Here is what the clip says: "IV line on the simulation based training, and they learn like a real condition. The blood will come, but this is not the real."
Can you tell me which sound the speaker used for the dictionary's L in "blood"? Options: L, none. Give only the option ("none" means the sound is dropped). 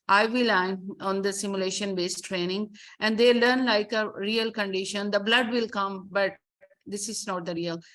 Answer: L